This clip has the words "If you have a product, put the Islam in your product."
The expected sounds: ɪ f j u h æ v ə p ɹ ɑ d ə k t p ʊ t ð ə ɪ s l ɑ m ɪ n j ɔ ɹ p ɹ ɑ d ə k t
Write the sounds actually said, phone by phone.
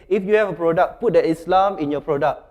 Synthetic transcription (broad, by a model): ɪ f j u h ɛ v ə p ɹ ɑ d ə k p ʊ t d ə ɪ s l ɑ m ɪ n j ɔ p ɹ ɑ d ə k